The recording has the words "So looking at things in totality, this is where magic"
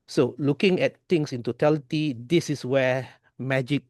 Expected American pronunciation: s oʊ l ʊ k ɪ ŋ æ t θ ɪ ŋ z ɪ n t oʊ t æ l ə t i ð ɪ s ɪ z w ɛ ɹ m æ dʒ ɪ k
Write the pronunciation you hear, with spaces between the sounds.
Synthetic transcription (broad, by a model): s oʊ l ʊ k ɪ ŋ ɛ t t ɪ ŋ s ɪ n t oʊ t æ l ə t i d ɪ s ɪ s w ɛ m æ dʒ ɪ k